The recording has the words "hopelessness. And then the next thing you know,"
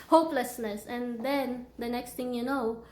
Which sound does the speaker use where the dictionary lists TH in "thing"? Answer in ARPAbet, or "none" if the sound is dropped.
T